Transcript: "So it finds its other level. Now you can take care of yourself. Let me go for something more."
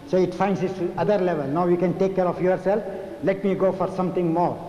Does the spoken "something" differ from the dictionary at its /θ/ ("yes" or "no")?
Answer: yes